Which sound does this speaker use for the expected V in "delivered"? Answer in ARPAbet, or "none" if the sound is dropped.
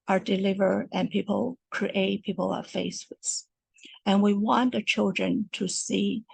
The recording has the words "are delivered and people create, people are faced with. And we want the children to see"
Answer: V